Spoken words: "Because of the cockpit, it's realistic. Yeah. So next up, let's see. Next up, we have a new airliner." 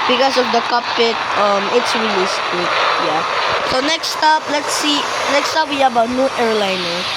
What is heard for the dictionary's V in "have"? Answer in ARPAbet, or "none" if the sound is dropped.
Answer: B